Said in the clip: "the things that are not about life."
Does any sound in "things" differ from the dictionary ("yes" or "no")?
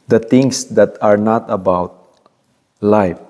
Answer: yes